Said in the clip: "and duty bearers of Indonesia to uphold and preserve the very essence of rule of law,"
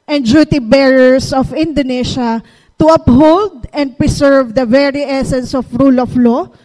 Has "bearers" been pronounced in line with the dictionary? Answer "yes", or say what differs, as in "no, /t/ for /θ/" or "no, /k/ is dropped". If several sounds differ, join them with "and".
no, /s/ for /z/